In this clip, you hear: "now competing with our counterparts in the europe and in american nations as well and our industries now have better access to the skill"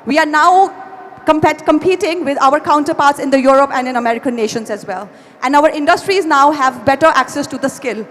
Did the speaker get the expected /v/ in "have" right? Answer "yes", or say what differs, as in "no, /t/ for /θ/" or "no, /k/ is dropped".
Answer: yes